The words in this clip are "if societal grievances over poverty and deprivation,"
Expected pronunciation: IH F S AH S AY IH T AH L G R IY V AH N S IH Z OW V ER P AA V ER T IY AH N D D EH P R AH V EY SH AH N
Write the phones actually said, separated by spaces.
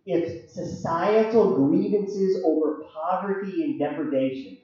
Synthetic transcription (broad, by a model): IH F S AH S AY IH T L G R IY V AH N S IH Z OW V ER P AA V ER T IY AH N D D EH P R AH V EY SH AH N